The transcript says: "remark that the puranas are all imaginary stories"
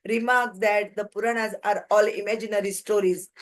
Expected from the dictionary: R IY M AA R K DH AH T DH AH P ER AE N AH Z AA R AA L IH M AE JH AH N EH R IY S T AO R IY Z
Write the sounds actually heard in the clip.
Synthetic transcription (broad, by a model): R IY M AA R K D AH T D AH P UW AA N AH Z AA R AA L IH M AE JH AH N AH R IY S T AO R IY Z